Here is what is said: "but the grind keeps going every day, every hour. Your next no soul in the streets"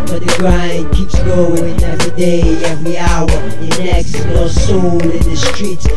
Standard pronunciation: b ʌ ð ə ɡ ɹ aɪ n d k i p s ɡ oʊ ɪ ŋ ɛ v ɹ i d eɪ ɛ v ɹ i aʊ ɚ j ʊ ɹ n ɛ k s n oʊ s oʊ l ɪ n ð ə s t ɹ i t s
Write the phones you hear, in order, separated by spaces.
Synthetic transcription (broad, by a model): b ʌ ð ə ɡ ɹ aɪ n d k i p s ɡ oʊ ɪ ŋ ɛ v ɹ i d eɪ ɛ v ɹ i aʊ ɚ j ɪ n ɛ k s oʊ s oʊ n ɪ n ð ə s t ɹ i t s